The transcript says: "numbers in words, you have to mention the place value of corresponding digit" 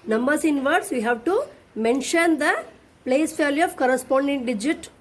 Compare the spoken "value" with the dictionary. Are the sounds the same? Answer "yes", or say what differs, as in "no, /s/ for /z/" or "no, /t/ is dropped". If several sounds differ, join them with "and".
no, /f/ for /v/